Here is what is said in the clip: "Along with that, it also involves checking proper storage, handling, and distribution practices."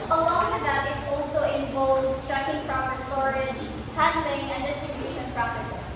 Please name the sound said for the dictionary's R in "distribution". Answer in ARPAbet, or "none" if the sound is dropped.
none